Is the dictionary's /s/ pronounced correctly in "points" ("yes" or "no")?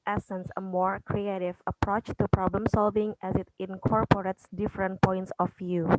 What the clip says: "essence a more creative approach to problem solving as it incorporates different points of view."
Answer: yes